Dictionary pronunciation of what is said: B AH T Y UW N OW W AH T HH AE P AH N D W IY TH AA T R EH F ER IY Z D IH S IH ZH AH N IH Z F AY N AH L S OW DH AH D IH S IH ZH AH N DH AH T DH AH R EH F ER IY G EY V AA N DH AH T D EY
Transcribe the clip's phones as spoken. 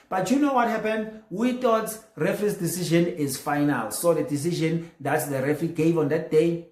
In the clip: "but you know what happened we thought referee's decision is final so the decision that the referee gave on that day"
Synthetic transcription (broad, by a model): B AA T Y UW N OW W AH T HH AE P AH N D W IY T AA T R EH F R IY S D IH S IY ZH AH N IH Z F AY N AH L S OW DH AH D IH S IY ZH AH N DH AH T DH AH R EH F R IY G EY V AA N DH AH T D EY